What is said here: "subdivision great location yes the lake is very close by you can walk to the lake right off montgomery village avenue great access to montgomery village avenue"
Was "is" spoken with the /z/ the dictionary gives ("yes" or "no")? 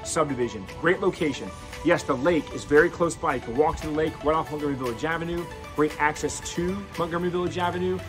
yes